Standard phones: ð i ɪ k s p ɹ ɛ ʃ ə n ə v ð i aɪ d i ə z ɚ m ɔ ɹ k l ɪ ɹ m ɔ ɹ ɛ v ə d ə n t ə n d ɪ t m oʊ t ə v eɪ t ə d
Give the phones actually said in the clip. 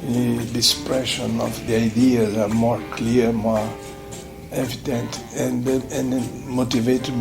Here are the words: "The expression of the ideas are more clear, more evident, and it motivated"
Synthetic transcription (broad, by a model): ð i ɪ s p ɹ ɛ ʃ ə n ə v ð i aɪ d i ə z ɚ m ɔ ɹ k l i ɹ m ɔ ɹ ɛ v ə d ə n t ə n d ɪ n m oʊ t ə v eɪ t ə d